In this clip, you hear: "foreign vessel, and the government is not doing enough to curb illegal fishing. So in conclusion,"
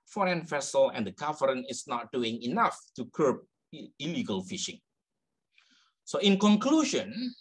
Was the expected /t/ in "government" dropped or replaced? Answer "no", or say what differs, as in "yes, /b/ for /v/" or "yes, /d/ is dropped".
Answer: yes, /t/ is dropped